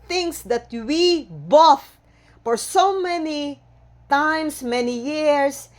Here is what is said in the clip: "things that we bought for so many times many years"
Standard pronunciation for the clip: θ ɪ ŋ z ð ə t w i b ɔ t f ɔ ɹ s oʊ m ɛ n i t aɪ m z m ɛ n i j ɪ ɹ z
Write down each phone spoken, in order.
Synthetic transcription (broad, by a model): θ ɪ ŋ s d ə t w i b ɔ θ f ɔ ɹ s oʊ m ɛ n i t aɪ m s m ɛ n i j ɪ ɹ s